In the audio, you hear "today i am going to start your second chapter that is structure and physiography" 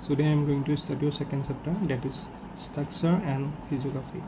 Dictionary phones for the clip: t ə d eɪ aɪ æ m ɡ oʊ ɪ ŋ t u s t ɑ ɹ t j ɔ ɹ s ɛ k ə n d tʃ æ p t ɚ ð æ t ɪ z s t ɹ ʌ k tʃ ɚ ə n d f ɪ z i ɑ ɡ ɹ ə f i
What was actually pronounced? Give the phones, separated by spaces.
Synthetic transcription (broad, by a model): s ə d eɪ aɪ m ɡ oʊ ɪ ŋ t u s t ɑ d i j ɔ s ɛ k ə n d s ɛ p t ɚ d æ t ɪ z s t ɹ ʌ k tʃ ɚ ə n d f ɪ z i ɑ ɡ ɹ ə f i